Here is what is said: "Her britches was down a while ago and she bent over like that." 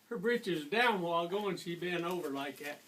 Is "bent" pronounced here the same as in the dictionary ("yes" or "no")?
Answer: no